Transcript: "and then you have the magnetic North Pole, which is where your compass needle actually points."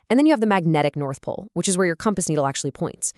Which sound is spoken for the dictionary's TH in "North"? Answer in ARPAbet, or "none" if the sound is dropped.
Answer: TH